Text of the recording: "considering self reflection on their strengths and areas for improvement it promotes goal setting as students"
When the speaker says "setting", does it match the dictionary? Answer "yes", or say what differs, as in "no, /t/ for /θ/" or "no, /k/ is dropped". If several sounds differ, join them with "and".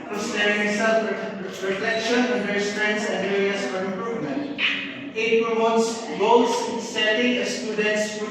no, /s/ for /t/